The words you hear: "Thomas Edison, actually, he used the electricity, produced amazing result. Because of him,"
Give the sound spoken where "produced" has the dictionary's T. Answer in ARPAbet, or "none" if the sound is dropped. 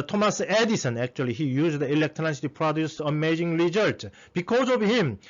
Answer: none